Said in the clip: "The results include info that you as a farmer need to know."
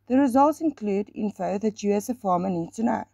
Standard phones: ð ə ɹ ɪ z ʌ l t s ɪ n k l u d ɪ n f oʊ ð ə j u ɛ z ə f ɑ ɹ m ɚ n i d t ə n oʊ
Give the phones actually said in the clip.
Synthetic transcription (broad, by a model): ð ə ɹ ɪ z ʌ l t s ɪ n k l u d ɪ n f oʊ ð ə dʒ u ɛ s ə f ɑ m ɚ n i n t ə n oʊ